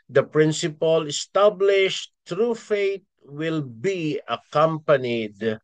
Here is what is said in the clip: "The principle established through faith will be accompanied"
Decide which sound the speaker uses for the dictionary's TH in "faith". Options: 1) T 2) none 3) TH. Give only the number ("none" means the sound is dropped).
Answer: 1